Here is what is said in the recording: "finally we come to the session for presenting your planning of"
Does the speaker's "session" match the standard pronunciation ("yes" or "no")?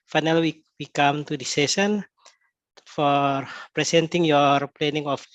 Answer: no